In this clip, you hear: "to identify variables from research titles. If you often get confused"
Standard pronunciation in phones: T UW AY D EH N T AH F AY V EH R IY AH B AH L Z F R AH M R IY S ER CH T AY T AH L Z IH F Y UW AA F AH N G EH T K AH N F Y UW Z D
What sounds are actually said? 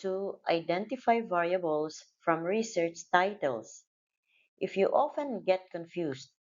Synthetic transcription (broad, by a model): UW AY D EH N T AH F AY V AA R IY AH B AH L S F R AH M R IY S ER CH T AY T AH L S IH F Y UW AA F AH N G EH T K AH N F Y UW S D